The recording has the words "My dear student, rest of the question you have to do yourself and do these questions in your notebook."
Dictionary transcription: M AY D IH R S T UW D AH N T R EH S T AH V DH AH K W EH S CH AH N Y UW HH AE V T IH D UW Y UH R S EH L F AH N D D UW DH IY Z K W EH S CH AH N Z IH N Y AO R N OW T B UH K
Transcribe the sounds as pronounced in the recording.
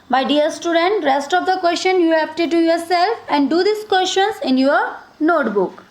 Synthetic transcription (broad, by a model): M AY D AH R S T UW D AH N T R EH S T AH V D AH K W EH S CH AH N Y UW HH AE P T IH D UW Y UH R S EH L F AH N D D UW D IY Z K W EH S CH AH N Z IH N Y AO R N OW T B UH K